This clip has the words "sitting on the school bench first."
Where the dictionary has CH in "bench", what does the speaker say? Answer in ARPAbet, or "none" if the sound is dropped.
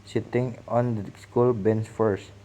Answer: S